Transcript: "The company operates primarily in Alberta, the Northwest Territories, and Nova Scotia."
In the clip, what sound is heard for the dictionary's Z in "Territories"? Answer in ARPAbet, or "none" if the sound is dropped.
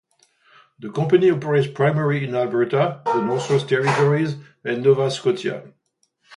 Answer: Z